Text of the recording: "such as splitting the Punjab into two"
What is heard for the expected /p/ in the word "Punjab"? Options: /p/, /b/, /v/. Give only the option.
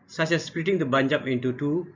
/b/